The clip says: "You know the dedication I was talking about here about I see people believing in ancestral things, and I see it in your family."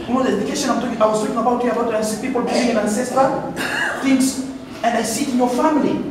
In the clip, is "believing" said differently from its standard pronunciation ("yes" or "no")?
yes